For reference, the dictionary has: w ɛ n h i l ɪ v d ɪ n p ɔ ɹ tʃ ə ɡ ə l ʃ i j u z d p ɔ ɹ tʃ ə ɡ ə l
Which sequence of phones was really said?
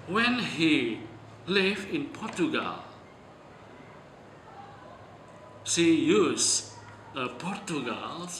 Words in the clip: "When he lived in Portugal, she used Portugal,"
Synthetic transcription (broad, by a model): w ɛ n h i l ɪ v ɪ n p ɔ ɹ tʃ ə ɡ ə l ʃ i j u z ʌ p ɔ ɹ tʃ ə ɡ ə l